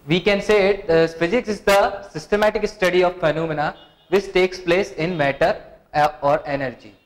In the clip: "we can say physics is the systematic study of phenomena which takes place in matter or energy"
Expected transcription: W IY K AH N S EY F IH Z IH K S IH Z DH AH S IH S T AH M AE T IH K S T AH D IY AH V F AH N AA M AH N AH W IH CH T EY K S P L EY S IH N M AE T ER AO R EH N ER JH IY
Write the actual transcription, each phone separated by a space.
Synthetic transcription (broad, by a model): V IY K AH N S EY F IH Z IH K S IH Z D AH S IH S T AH M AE T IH K S T AH D IY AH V F AH N AA M AH N AH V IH CH T EY K S P L EY S IH N M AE T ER AO R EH N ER JH IY